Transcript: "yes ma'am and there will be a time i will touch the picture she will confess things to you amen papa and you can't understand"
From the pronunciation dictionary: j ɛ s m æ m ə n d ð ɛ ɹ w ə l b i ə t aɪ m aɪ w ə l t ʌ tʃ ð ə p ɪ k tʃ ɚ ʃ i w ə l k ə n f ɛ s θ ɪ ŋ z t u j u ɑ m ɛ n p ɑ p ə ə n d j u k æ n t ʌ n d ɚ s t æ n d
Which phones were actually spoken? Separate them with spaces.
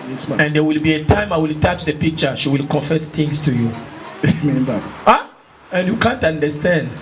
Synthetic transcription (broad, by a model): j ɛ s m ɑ ə n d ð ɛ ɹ w ə l b i ə t aɪ m aɪ w ə l t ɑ tʃ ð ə p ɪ k tʃ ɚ ʃ i w ə l k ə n f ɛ s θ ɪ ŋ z t u j u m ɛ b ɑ ə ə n j u k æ n t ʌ n d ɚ s t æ n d